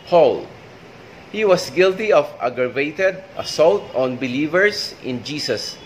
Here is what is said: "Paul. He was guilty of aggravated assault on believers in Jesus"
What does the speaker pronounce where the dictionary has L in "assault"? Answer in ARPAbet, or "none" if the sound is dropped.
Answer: L